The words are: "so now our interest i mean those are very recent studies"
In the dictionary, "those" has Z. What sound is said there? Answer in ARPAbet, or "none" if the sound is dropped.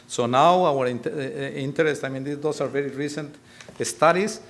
S